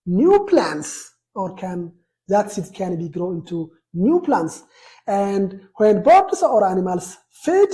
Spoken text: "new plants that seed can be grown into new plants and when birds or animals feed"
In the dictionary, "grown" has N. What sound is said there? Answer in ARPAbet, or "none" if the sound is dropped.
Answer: none